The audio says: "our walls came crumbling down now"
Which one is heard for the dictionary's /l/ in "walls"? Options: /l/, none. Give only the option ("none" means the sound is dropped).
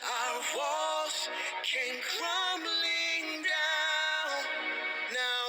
none